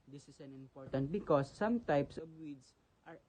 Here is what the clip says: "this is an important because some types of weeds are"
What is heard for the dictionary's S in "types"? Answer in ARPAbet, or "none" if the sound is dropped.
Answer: S